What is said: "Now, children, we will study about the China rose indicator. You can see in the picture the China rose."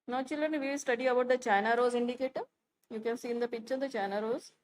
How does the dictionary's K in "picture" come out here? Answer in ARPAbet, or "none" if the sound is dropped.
none